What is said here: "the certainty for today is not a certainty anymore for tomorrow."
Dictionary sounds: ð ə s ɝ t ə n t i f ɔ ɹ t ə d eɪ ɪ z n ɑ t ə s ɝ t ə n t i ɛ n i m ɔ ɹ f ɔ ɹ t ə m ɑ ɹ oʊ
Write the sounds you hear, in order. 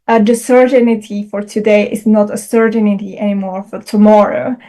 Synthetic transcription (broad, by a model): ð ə s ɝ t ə n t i f ɔ ɹ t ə d eɪ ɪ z n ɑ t ə s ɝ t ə n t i ɛ n i m ɔ ɹ f ɔ ɹ t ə m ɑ ɹ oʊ